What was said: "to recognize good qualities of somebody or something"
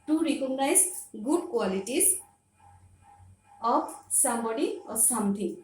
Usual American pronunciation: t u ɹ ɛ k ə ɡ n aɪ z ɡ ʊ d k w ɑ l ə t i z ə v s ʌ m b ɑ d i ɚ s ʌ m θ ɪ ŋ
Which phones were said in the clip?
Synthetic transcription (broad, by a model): t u ɹ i k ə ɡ n aɪ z ɡ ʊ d k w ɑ l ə t i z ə p s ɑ m ɑ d i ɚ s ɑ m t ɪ